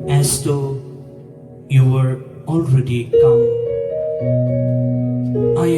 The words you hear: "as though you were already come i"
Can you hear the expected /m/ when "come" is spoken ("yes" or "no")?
no